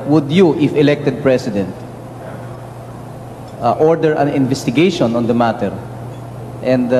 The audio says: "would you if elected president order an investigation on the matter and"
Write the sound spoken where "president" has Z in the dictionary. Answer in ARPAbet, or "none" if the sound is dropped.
S